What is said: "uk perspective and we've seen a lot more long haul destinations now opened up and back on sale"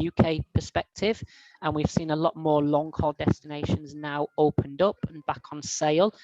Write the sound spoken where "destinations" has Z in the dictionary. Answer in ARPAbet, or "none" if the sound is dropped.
Z